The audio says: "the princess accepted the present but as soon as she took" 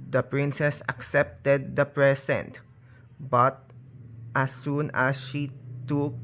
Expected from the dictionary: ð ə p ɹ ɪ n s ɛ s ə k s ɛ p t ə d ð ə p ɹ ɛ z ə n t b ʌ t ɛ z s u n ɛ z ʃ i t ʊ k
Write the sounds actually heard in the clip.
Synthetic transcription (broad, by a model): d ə p ɹ ɪ n s ɛ s ə k s ɛ p t ə d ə p ɹ ɛ s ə n t b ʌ t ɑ s u n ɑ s ʃ i t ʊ k